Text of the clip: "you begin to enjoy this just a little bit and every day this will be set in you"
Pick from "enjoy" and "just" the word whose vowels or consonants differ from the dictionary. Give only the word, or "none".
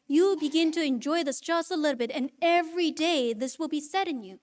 just